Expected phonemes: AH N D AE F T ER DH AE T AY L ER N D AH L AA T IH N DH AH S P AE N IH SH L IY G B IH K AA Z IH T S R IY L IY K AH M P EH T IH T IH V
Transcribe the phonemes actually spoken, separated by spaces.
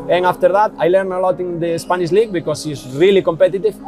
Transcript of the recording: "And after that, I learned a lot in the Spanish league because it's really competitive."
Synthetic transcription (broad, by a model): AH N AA F T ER DH AE T AY L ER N AH L AA T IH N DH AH S P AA N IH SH L IY G B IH K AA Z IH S R IY L IY K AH M P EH T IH T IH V